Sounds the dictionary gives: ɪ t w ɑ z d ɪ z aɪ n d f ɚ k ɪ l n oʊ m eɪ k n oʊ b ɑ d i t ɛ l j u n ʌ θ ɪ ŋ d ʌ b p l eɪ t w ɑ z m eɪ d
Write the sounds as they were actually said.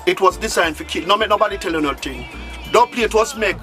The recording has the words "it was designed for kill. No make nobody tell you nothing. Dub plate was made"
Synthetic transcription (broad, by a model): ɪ t w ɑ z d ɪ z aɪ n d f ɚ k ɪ n oʊ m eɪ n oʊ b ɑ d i t ɛ l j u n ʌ t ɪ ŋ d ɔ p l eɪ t w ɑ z m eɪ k